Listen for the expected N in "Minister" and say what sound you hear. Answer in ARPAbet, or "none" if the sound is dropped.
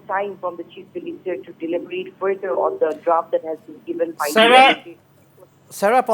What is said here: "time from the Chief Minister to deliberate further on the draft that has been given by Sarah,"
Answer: L